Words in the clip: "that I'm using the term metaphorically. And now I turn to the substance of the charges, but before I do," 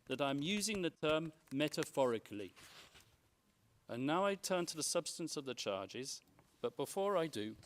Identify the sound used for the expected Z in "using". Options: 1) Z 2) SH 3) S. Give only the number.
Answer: 1